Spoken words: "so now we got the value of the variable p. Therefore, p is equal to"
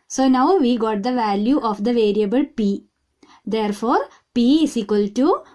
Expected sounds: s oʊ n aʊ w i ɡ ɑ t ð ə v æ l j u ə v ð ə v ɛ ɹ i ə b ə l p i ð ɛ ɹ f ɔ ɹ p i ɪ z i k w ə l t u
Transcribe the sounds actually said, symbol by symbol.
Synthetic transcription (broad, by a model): s oʊ n aʊ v i ɡ ɑ t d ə v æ l j u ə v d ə v ɛ ɹ i ə b ə l p i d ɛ ɹ f ɔ ɹ p i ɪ s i k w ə l t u